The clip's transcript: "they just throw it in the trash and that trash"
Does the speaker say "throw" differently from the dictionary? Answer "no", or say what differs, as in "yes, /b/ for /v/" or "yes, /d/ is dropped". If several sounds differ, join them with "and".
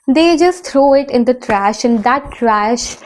yes, /t/ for /θ/